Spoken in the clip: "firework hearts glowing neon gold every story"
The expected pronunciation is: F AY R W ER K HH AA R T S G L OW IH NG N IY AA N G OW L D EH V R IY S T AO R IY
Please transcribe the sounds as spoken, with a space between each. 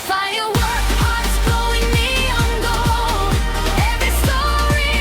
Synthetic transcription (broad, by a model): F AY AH W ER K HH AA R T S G OW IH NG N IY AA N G OW EH V R IY S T AO R IY